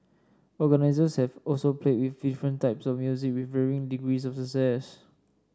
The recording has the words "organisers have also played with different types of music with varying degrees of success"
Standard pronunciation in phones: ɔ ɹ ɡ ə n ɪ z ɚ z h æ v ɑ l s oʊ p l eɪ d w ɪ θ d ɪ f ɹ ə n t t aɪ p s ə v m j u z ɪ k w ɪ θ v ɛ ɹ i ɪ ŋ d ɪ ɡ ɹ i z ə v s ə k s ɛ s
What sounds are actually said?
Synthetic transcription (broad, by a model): ɔ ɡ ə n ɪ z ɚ s h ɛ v ɑ l s oʊ p l eɪ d w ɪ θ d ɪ f ɹ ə n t t aɪ p s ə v m j u z ɪ k w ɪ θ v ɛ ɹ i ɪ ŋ d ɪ ɡ ɹ i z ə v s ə s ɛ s